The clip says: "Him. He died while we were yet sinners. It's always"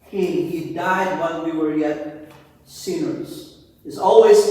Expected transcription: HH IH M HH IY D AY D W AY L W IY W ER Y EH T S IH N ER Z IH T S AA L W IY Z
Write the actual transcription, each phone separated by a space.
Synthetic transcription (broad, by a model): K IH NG HH IY D AY D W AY N W IY W ER Y EH T S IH N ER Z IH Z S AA L W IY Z